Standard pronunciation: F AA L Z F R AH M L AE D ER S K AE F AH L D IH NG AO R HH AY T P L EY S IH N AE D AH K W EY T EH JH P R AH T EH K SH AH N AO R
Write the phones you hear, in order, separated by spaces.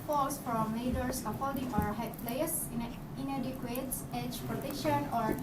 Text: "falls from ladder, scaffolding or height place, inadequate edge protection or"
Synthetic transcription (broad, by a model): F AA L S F R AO M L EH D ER S AO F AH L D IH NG AO R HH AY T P L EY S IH N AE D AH K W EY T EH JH P R AH T EH K SH AH N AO R